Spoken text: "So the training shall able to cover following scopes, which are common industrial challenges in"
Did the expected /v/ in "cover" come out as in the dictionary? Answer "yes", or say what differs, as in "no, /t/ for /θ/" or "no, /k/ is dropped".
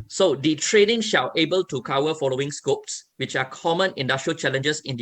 no, /w/ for /v/